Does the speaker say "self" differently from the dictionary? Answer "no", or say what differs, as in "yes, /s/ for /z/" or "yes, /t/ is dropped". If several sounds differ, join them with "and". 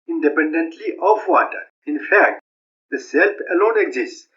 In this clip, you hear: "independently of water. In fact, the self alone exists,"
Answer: yes, /p/ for /f/